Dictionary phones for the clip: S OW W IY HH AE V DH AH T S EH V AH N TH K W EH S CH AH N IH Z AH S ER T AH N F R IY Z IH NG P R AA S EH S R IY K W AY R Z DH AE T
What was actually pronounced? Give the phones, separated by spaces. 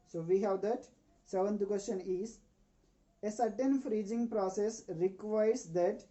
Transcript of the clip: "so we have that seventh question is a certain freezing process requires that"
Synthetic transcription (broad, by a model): S OW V IY HH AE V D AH T S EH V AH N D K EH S SH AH N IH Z AH S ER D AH N F R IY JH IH NG P R AA S EH S R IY K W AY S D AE T